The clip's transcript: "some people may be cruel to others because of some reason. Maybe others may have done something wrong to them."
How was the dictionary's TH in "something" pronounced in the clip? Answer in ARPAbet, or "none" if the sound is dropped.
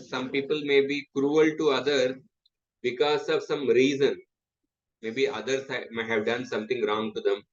T